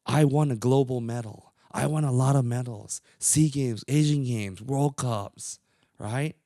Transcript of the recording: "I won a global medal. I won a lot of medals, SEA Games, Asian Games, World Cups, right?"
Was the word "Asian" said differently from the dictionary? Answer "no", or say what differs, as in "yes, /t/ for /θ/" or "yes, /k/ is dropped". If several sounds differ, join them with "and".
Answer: no